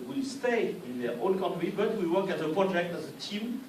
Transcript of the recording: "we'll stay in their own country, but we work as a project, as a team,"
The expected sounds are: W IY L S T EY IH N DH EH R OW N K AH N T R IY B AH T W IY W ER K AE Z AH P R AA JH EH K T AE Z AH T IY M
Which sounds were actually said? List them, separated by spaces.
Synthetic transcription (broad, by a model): W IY S T EY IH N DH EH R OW L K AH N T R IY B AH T W IY W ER K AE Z AH P R AA JH EH K T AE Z AH T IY M